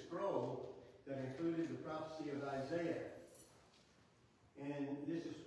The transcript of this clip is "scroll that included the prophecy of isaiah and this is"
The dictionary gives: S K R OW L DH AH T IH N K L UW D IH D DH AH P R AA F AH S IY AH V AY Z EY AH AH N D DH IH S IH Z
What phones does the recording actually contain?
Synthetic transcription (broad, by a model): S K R OW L DH AH T IH N K L UW D IH D DH AH P R AA F AH S IY AH V AY Z EY AH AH N DH IH S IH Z